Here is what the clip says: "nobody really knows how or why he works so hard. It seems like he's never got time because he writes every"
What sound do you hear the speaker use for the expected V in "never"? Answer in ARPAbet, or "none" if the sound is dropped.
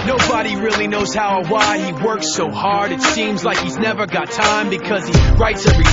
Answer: V